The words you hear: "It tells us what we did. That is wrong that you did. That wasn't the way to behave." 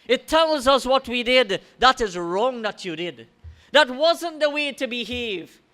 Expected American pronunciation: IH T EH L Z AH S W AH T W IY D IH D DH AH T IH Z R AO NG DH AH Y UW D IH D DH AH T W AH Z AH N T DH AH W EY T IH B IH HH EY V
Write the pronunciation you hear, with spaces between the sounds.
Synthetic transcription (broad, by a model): IH T EH L Z AH S W AH T W IY D IH D DH AH T IH Z R AO NG DH AH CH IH D IH D DH AH T W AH Z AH N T DH AH W EY T IH B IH HH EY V